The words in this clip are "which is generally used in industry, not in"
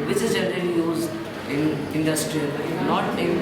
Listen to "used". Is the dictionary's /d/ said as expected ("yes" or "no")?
no